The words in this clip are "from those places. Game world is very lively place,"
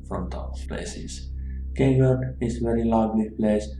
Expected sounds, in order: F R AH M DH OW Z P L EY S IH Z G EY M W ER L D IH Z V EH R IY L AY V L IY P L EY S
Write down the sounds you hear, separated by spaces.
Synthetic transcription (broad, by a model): F R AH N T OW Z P L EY S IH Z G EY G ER D IH Z V EH R IY L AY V L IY P L EY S